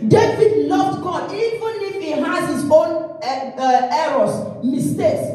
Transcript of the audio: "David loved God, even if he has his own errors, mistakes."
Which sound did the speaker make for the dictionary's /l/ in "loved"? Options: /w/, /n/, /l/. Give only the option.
/n/